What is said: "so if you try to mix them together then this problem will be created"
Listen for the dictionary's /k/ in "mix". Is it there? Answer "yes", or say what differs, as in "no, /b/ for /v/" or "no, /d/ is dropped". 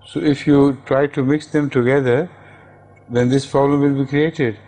yes